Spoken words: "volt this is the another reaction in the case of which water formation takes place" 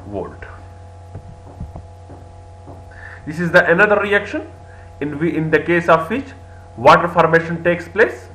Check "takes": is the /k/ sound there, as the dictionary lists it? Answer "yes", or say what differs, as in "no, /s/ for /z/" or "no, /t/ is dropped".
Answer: yes